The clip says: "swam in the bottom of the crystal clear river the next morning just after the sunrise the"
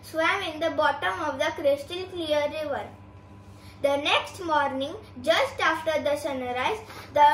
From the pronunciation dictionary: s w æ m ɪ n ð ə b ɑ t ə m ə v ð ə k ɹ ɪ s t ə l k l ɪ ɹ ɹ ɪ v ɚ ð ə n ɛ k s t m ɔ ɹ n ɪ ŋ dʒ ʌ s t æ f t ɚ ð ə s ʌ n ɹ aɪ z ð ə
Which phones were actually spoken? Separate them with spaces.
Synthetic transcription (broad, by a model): s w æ m ɪ n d ə b ɑ t ə m ə v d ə k ɹ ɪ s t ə n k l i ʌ ɹ ɪ v ɚ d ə n ɛ k s t m ɔ ɹ n ɪ ŋ dʒ ʌ s t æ f t ɚ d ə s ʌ n ɹ aɪ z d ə